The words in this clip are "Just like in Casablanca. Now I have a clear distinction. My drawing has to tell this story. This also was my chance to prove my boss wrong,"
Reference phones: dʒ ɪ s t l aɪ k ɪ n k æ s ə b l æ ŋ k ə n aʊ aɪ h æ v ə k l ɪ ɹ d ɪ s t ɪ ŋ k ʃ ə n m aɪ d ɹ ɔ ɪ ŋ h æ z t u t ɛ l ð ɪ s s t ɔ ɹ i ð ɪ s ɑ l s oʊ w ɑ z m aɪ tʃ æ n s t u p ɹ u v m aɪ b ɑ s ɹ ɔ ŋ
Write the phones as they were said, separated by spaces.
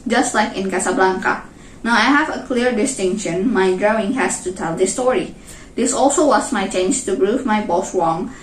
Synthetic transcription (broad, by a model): dʒ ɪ s t l aɪ k ɪ n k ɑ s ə b l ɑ ŋ k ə n aʊ aɪ h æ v ə k l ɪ ɹ d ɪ s t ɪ ŋ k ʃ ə n m aɪ d ɹ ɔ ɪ ŋ h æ s t u t ɛ l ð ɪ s s t ɔ ɹ i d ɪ s ɑ l s oʊ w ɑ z m aɪ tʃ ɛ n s t u b ɹ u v m aɪ b ɑ s ɹ ɔ ŋ